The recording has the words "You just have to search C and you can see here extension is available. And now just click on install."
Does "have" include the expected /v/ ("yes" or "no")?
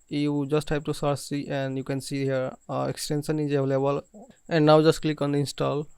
no